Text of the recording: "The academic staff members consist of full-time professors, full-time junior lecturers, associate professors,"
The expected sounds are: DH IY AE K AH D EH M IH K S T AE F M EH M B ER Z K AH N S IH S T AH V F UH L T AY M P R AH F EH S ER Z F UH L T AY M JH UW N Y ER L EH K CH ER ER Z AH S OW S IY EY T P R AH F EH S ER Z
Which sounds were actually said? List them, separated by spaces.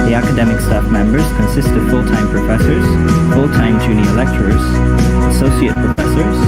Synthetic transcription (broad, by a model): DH IY AE K AH D EH M IH K S T AE F M EH M B ER Z K AH N S IH S T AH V F UH L T AY M P R AH F EH S ER Z F UH L T AY M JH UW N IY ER L EH K CH ER ER Z AH S OW S IY EY T P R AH F EH S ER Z